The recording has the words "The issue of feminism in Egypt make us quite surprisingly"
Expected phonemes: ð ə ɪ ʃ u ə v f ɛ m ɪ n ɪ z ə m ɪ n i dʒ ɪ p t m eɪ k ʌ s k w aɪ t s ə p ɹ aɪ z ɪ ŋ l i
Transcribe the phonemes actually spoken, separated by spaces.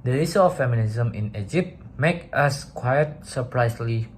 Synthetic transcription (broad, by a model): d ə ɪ s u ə f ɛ m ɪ n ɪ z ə m ɪ n i dʒ ɪ p t m eɪ k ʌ s k w aɪ t s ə p ɹ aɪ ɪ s l i